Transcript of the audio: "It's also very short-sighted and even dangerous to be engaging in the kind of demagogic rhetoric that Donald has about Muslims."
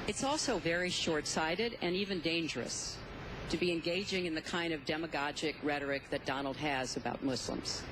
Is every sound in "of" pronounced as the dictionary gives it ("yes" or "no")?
yes